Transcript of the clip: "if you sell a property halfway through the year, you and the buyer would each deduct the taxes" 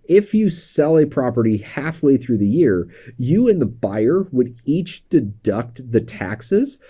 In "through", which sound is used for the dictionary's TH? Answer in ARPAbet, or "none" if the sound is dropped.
TH